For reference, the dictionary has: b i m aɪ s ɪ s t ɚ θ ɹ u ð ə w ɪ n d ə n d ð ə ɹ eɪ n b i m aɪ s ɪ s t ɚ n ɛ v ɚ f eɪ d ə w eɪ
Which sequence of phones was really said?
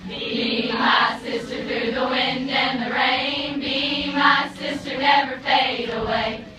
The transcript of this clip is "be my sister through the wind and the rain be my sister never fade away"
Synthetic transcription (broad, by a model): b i m aɪ s ɪ s t ɚ θ ɹ u ð ə w ɪ n d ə n ð ə ɹ eɪ n b i m aɪ s ɪ s t ɚ n ɛ v ɚ p eɪ d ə w eɪ